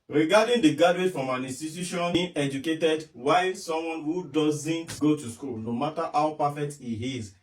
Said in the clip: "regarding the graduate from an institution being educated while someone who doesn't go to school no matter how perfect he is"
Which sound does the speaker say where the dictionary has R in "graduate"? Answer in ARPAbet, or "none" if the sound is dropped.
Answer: none